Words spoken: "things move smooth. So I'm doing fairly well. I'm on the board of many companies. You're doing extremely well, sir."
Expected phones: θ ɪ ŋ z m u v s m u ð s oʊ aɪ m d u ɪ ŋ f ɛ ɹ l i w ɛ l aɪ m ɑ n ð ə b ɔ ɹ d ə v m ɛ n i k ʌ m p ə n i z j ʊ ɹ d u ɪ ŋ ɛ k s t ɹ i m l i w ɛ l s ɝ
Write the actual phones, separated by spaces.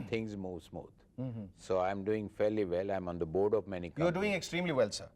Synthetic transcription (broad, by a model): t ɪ ŋ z m u v s m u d s oʊ aɪ m d u ɪ ŋ f ɛ ɹ l i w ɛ l aɪ m ɑ n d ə b ɔ ɹ d ə v m ɛ n i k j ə i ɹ d u ɪ ŋ ɛ k s t ɹ i m l i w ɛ l s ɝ